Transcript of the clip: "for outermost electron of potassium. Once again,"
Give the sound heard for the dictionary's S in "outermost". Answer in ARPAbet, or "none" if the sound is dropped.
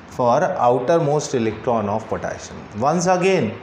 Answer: S